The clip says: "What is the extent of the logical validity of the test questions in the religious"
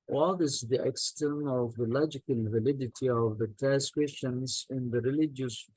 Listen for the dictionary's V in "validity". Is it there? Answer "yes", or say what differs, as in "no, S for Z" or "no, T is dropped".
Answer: yes